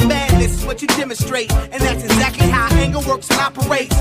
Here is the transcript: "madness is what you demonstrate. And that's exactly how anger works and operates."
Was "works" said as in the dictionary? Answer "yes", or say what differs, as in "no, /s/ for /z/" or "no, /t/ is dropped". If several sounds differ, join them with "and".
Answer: yes